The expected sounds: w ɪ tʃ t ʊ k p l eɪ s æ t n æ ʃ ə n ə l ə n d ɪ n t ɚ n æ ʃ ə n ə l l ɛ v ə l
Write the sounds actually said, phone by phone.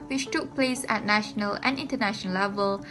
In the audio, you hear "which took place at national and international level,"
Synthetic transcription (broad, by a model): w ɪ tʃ t ʊ k p l eɪ s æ t n æ ʃ ə n ə l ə n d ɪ n t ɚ n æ ʃ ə n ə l l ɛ v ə l